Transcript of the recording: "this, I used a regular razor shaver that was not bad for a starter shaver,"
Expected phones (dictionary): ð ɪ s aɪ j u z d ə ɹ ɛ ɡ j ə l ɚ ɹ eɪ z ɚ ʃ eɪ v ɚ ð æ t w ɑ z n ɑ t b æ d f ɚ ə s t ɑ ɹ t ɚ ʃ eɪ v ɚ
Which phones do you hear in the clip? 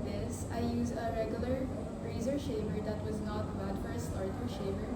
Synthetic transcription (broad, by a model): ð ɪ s aɪ j u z ə ɹ ɛ ɡ j ə l ɚ ɹ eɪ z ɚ ʃ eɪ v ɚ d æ t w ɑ z n ɑ t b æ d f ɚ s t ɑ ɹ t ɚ ʃ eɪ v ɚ